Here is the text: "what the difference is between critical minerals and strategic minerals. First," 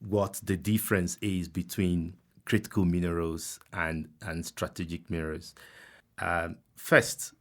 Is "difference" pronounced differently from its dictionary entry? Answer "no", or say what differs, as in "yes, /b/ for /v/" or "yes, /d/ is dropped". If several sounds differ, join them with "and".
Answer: no